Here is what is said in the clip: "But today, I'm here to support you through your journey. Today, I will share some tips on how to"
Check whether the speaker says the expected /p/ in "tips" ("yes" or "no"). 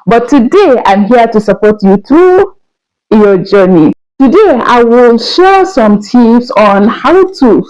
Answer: no